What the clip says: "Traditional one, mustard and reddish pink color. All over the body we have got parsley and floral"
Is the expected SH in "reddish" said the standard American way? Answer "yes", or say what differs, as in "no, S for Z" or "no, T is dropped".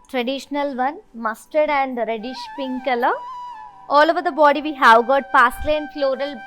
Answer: yes